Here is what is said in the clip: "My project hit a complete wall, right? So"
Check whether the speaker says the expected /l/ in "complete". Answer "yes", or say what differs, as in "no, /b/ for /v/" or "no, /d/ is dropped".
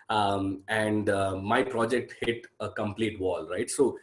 yes